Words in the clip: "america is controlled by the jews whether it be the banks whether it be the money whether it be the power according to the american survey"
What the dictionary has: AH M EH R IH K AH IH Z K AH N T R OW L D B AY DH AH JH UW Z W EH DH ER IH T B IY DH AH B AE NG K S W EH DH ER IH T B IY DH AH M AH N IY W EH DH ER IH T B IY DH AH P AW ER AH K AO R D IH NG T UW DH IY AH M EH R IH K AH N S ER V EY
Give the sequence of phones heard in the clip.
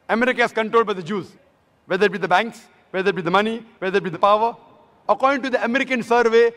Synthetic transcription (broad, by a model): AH M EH R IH K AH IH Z K AH N T R OW L D B AY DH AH JH UW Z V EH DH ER IH T B IY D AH B AE NG K S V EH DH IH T B IY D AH M AH N IY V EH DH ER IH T B IY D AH P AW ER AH K AO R D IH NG T UW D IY AH M EH R IH K AH N S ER V EY